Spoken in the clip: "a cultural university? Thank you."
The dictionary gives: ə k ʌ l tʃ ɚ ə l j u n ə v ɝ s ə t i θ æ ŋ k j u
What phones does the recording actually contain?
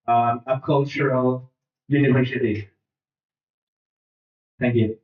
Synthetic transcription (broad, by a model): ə k ʌ l tʃ ɚ ə l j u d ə p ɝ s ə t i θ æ ŋ k j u